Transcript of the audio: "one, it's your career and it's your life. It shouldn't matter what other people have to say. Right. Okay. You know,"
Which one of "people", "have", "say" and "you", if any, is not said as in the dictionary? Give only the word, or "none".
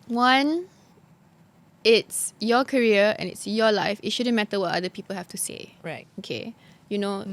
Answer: have